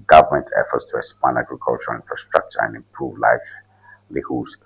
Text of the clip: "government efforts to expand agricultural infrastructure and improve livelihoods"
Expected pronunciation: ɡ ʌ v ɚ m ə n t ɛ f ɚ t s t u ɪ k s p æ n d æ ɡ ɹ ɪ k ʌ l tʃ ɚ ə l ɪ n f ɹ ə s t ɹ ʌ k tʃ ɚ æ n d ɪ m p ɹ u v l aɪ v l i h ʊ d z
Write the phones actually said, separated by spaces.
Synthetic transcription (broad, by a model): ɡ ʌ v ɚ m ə n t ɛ f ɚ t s t u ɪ s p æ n æ ɡ ɹ ɪ k ʌ l tʃ ɚ ə l ɪ n f ɹ ə s t ɹ ʌ k tʃ ɚ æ n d ɪ m p ɹ u v l aɪ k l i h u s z